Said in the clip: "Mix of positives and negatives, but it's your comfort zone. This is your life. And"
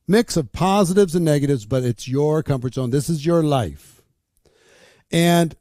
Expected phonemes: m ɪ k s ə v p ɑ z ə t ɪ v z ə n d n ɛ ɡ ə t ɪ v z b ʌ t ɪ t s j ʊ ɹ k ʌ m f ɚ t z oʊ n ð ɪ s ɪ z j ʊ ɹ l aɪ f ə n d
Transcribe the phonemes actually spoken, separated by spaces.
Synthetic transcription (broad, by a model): m ɪ k s ə v p ɑ z ə t ɪ v z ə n n ɛ ɡ ə t ɪ v z b ʌ t ɪ t s j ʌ ɹ k ʌ m f ɚ t s oʊ n ð ɪ s ɪ z j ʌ ɹ l aɪ f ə n